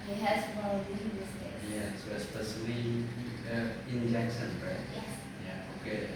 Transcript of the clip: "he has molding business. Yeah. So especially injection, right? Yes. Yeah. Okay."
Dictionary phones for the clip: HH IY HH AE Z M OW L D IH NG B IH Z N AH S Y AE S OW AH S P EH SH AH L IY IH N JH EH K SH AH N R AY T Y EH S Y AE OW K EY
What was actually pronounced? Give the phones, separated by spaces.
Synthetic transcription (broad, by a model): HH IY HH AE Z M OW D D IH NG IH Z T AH Y AE S OW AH S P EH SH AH L IY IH N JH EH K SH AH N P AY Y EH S Y AE OW K EY